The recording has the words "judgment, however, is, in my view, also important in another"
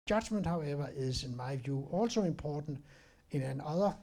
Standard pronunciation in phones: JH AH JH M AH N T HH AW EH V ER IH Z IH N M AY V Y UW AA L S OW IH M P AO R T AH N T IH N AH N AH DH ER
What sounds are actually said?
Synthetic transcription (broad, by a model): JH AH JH M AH N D HH AW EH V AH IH S IH N M AY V Y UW AA L S OW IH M P AO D N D IH N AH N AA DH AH